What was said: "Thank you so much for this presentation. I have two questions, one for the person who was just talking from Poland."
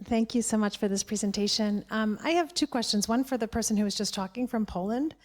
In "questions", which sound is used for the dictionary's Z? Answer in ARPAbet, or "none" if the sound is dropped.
Z